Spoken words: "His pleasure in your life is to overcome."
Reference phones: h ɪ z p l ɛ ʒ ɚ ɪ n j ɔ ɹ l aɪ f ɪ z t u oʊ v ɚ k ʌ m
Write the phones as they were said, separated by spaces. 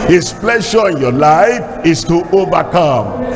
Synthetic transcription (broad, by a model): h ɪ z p l ɛ ʃ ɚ ɪ n j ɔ l aɪ f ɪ s t u oʊ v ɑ k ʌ m